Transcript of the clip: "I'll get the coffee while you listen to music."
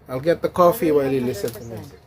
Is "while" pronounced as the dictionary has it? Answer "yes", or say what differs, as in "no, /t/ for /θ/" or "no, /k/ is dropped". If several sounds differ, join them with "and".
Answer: yes